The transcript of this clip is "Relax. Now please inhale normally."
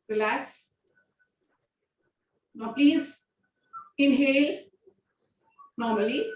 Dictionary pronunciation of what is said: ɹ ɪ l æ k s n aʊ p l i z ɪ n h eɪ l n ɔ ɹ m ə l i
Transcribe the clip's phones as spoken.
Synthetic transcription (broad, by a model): ɹ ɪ l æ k s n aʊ p l i z ɪ n h eɪ l n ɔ ɹ m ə l i